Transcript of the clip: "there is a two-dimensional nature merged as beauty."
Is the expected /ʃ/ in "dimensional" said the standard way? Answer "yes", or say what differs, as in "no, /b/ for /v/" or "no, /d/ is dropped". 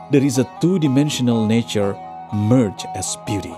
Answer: yes